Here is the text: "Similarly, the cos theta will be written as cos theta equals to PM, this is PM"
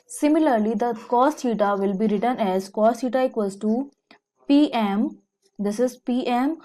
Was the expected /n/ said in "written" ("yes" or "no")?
yes